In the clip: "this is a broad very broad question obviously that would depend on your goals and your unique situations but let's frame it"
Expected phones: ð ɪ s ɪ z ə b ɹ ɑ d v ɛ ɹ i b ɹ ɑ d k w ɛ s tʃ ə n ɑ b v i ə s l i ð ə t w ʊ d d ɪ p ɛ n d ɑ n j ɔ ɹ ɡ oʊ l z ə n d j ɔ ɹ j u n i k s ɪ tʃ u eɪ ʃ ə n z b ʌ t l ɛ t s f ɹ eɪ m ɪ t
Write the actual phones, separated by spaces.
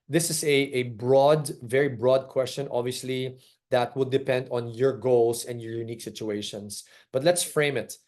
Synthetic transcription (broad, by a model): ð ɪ s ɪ s ə b ɹ ɑ d v ɛ ɹ i b ɹ ɑ d k w ɛ s tʃ ə n ɑ b v i ə s l i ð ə t w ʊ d d ɪ p ɛ n d ɑ n j ɔ ɹ ɡ oʊ l s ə n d j ɔ ɹ j u n i k s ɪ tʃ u eɪ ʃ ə n s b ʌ t l ɛ t s f ɹ eɪ m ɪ t